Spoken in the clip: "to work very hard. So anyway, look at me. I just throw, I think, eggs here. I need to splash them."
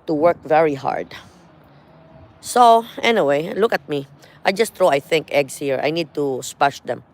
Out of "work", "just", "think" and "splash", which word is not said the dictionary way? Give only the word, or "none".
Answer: splash